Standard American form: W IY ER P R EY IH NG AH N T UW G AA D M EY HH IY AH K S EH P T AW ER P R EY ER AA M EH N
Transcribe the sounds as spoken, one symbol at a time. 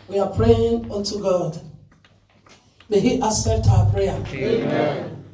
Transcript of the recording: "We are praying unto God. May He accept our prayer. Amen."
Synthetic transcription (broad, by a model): W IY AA P R EY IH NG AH N T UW G AA D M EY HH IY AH S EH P T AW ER P R EY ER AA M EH